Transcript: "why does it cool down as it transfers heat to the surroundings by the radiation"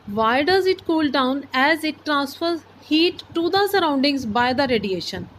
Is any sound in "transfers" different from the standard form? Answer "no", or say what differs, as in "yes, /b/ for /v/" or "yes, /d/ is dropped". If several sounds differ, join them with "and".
no